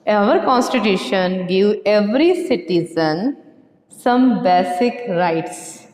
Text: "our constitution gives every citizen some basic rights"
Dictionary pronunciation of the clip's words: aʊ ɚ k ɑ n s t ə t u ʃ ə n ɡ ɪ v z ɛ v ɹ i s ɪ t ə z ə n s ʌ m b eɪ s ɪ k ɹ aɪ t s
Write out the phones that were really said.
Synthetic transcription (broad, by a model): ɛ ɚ k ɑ n s t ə t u ʃ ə n ɡ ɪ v ɛ v ɹ i s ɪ t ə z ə n s ʌ m b eɪ s ɪ k ɹ aɪ t s